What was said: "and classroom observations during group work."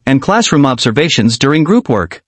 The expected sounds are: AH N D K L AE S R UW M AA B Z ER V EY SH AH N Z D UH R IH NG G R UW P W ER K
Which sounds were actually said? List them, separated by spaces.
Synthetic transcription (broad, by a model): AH N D K L AE S R UW M AA B Z ER V EY SH AH N Z D UH R IH NG G R UW P W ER K